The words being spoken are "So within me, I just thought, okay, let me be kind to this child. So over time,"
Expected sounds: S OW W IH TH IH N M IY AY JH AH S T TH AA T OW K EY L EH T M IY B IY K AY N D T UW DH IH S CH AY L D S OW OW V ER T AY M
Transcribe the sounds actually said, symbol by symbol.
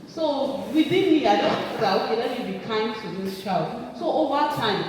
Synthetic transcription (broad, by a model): S OW W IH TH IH N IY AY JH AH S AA OW K EY L EH T M IY B IY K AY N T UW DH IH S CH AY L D S OW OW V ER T AY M